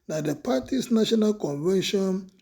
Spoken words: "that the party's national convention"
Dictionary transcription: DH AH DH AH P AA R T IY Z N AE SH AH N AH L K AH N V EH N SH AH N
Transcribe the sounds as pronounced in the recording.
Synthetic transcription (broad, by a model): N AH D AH P AA T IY S N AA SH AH N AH L K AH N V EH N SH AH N